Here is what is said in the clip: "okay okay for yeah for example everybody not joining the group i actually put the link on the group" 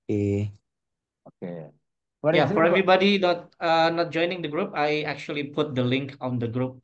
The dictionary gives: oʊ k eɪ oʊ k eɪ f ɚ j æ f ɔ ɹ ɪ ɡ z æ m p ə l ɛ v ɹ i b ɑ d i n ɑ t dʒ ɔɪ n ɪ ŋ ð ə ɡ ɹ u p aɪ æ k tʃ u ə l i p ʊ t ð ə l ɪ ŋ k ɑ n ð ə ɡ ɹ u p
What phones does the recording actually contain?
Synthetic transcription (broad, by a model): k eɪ oʊ k eɪ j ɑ f ɔ ɹ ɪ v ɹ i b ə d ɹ i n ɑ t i n ɑ t dʒ ɔɪ n ɪ ŋ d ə ɡ ɹ u p aɪ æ k tʃ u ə l i p ʊ t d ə l ɪ ŋ k ɑ n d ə ɡ ɹ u p